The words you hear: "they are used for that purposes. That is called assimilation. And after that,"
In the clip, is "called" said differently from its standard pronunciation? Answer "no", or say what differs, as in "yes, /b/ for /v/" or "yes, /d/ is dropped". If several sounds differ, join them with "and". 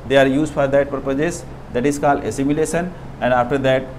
no